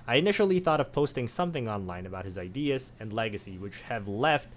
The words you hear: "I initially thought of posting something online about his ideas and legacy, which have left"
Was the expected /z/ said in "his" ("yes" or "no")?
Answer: yes